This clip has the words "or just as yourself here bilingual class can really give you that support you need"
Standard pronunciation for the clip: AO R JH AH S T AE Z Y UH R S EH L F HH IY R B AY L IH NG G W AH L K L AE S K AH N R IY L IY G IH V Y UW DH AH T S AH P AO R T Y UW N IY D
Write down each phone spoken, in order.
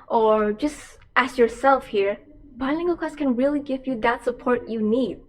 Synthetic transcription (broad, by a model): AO R JH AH S T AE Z Y UH R S EH L F HH IY R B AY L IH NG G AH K AE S K AH N R IY L IY G IH V Y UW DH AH T S AH P AO R T Y UW N IY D